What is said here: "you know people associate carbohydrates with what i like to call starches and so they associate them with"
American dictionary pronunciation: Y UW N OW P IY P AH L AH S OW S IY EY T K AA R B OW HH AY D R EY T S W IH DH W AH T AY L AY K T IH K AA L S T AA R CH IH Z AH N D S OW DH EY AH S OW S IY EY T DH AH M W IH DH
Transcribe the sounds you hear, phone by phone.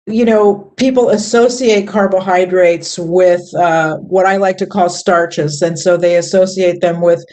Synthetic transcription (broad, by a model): Y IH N OW P IY P L AH S OW S IY EY T K AA R B OW HH AY D R EY T S W IH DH W AH T AY L AY K T IH K AA L S T AA R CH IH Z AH N S OW DH EY AH S OW S IY EY T DH AH M W IH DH